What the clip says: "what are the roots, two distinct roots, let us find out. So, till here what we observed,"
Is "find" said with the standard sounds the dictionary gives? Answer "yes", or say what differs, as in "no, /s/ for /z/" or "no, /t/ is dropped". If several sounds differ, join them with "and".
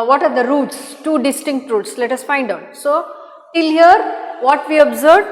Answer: yes